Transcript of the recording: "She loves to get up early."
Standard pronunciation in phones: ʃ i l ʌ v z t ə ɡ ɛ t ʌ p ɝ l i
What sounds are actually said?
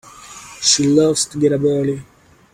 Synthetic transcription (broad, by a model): ʃ i l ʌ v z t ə ɡ ɛ t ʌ b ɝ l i